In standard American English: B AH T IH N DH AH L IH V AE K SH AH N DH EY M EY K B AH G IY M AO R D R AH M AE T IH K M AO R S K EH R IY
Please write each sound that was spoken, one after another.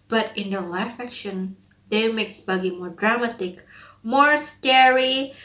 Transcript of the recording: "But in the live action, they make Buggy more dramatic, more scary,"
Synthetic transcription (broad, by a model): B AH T IH N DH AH L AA F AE K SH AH N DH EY M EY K B AH G IY M AO R D R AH M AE T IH K M AO R S K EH R IY